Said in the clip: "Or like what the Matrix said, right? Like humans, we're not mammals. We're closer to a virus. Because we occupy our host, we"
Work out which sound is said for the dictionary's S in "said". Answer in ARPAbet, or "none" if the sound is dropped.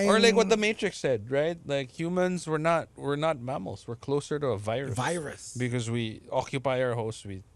S